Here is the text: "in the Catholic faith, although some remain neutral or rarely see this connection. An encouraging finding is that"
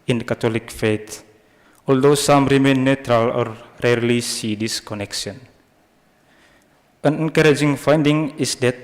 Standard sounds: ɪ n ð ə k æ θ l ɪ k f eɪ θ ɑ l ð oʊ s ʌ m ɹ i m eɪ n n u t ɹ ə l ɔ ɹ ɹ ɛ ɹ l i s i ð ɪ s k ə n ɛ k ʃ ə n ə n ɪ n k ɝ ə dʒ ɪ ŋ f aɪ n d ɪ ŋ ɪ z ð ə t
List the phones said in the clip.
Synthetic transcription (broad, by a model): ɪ n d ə k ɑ t l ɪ k f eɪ t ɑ l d oʊ s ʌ m ɹ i m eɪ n n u t ɹ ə l ɔ ɹ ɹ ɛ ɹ l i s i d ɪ s k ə n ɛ k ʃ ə n ə n ɪ n k ɝ ə dʒ ɪ ŋ f aɪ n d ɪ ŋ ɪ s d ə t